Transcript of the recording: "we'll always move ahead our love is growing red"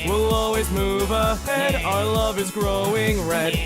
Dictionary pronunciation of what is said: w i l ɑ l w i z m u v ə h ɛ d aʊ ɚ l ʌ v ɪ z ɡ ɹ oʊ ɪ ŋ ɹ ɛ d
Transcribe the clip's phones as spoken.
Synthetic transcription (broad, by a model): w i l ɑ l w i z m u v ə h ɛ d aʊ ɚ l ʌ v ɪ z ɡ ɹ oʊ ɪ ŋ ɹ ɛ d